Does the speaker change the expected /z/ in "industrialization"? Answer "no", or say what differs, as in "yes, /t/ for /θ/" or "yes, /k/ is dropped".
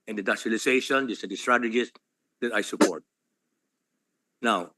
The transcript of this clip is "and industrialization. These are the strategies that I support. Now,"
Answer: yes, /s/ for /z/